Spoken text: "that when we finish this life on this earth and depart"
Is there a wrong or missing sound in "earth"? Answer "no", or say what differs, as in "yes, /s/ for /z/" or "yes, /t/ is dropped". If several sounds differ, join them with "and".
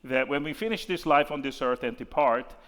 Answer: no